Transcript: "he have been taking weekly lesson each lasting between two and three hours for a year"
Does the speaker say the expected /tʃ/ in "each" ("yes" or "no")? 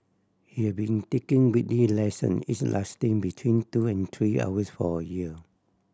no